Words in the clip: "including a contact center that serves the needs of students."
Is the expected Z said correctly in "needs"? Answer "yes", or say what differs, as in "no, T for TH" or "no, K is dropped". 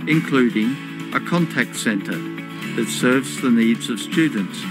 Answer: yes